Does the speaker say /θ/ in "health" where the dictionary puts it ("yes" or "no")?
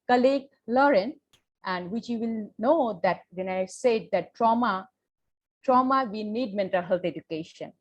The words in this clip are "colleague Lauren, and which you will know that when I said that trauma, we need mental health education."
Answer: no